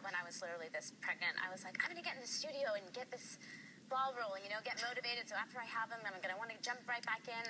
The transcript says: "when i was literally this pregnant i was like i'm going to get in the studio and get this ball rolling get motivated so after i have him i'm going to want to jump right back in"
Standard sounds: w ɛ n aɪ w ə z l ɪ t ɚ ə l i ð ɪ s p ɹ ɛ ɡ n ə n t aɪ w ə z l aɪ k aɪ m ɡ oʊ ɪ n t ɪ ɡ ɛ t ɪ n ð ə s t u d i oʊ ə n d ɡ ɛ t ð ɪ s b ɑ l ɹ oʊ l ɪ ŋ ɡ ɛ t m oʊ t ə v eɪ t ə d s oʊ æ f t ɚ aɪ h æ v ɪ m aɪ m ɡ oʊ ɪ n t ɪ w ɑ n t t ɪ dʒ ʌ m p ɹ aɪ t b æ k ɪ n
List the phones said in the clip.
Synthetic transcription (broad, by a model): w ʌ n aɪ w ə z l ɪ t ɚ l i ð ɪ s p ɹ ɛ ɡ n ə n t aɪ w ə z l aɪ k aɪ m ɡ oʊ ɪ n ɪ ɡ ɛ t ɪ n ð ə s t u d i oʊ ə n ɡ ɛ t ð ɪ s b ɑ l ɹ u l ɪ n ɡ ɛ t m oʊ t ə v eɪ t ə d s oʊ æ f t ɚ aɪ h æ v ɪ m aɪ m ɡ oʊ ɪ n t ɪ w ɑ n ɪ dʒ ʌ m p ɹ aɪ t b æ k ɪ n